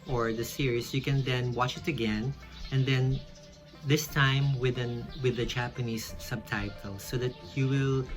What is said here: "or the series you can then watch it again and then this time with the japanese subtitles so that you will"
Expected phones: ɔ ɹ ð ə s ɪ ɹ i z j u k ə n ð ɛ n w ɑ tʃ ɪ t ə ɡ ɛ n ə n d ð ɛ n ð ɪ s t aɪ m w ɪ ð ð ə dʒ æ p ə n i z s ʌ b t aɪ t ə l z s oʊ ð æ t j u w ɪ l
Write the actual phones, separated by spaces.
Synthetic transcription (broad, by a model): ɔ ɹ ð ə s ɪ ɹ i s j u k ə n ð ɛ n w ɑ tʃ ɪ t ə ɡ ɛ n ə n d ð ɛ n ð ɪ s t aɪ m w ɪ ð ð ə dʒ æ p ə n i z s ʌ b t aɪ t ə l s oʊ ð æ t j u w ɪ l